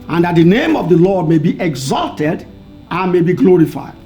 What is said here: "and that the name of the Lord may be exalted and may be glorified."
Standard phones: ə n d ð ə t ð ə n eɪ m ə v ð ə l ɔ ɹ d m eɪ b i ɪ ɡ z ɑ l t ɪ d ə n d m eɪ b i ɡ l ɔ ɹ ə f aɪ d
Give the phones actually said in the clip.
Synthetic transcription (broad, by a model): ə n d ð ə t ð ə n eɪ m ə v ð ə l ɔ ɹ d m eɪ b i ɪ ɡ z ɑ l t ɪ d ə n m eɪ b i ɡ l ɔ ɹ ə f aɪ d